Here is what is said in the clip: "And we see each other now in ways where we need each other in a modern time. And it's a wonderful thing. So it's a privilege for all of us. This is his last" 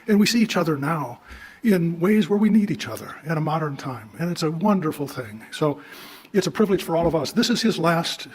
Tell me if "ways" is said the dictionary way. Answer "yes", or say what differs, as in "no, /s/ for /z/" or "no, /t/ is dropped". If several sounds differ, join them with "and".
yes